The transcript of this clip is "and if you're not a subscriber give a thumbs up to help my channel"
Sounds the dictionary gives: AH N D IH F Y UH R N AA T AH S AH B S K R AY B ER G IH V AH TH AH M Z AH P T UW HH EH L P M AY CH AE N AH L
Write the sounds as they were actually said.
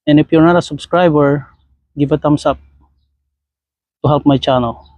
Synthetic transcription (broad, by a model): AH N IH P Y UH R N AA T AH S AH B S K R AY B ER G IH B AH T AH M S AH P T UW HH EH L P M AY CH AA N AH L